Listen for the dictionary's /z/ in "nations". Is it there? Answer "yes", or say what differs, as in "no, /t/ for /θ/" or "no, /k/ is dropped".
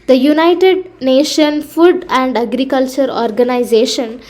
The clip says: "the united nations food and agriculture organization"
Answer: no, /z/ is dropped